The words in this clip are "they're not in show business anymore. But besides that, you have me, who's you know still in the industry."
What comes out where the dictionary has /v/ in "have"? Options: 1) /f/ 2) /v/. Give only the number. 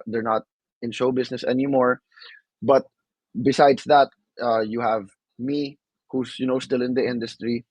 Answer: 2